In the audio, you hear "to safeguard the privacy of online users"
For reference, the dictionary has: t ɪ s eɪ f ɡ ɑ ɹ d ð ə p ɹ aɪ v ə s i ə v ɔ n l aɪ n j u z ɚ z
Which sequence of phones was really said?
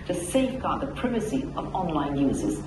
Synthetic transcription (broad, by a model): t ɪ s eɪ f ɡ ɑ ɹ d ð ə p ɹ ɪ v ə s i ə v ɔ n l aɪ n j u z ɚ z